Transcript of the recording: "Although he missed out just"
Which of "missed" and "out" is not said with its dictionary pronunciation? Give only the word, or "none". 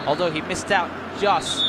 none